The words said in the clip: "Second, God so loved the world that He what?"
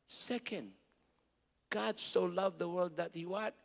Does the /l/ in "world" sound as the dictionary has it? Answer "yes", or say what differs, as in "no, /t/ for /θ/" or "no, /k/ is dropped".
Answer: yes